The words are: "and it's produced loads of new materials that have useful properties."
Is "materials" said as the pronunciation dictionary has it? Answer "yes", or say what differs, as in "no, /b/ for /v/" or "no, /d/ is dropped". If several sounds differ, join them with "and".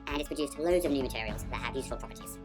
yes